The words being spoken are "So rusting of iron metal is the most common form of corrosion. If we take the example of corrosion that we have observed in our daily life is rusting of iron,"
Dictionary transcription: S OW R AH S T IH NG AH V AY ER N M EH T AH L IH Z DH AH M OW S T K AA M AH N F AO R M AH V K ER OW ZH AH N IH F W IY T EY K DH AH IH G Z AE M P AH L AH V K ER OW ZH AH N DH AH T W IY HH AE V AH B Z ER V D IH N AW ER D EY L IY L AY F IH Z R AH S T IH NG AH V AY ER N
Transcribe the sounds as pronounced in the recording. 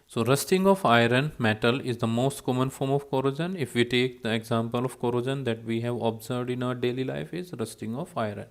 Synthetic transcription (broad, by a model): S OW R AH S T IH NG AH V AY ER N M EH T AH L IH Z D AH M OW S T K AA M AH N F AO R M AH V K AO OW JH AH N IH F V IY T EY K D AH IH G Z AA M P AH L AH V K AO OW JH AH N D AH T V IY HH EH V AH B Z ER V D IH N AW ER D EY L IY L AY F IH Z R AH S T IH NG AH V AY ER N